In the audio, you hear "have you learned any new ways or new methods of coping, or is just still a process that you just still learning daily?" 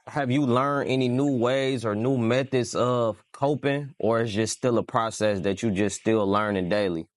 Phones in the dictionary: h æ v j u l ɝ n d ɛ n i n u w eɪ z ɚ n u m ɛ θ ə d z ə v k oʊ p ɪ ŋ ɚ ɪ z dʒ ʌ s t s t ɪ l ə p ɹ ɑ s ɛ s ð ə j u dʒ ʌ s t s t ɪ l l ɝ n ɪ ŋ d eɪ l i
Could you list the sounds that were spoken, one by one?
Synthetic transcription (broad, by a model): h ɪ v j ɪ l ɝ n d ɛ n i n u w eɪ z ɚ n u m ɛ θ ə d z ə v k oʊ p ɪ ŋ ɚ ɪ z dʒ ʌ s s t ɪ l ə p ɹ ɑ s ɛ s ð ə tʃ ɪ dʒ ʌ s s t ɪ l l ɝ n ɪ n d eɪ l i